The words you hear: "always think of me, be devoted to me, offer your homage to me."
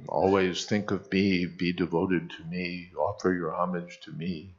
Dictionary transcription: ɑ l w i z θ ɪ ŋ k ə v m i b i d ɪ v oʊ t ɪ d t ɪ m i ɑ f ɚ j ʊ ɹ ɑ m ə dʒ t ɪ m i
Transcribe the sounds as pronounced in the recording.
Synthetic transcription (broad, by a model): ɑ l w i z θ ɪ ŋ k ə v m i b i d ɪ v oʊ t ɪ d t ɪ m i ɑ f ɚ j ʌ ɹ ɑ m ə dʒ t ɪ m i